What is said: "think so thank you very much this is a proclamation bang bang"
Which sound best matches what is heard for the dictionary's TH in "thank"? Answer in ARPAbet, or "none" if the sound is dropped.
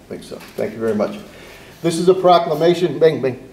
TH